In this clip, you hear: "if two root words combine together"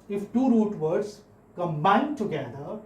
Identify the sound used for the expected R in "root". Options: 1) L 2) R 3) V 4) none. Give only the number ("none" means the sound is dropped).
2